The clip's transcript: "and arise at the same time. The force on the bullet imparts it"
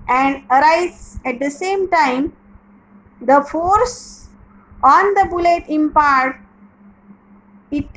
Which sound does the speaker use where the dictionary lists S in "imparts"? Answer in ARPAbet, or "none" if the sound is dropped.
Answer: none